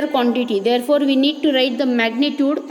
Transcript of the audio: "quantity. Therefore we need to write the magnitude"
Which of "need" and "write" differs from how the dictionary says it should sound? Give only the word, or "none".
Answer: none